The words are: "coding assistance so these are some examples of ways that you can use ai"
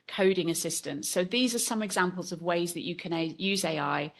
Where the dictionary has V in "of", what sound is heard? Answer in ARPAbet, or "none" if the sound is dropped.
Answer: V